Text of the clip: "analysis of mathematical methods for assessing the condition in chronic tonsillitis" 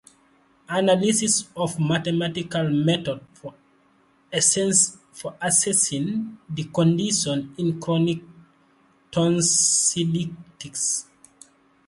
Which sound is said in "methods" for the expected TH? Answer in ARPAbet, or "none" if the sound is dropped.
T